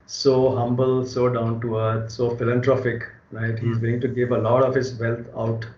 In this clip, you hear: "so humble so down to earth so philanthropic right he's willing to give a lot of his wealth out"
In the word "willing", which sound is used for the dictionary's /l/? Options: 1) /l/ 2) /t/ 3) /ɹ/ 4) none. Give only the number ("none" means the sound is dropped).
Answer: 4